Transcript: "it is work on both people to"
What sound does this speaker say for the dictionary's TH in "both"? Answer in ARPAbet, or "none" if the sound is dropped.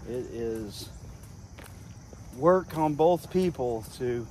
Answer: TH